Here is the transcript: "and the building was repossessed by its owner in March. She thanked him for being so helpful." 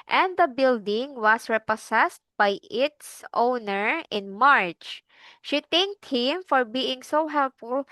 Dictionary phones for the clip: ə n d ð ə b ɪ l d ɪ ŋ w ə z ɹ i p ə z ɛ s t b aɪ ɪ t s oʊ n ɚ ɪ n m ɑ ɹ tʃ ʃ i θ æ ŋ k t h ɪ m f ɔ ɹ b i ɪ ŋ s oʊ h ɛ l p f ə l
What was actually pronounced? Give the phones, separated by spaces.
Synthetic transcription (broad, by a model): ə n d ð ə b ɪ l d ɪ ŋ w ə s ɹ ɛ p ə s ɛ s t b aɪ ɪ t s oʊ n ɚ ɪ n m ɑ ɹ tʃ ʃ i t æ ŋ k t h ɪ m f ɔ ɹ b i ɪ ŋ s oʊ h ɛ l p f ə l